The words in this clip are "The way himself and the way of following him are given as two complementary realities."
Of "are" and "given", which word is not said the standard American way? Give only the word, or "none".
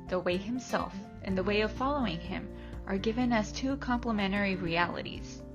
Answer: none